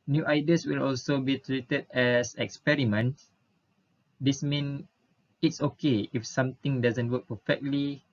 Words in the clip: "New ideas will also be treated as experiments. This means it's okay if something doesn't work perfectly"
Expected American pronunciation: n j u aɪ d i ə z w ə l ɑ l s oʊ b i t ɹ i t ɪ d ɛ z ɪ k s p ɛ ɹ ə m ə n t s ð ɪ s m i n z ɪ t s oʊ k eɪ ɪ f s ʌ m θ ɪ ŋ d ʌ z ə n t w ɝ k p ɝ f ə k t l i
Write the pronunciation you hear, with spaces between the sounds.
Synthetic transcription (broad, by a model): n j u aɪ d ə s w ə l ɑ l s oʊ b i t ɹ i t ɪ d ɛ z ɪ k s p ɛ ɹ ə m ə n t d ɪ s m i n ɪ t s oʊ k eɪ ɪ f s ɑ m t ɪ ŋ d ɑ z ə n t w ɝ k p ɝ f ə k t l i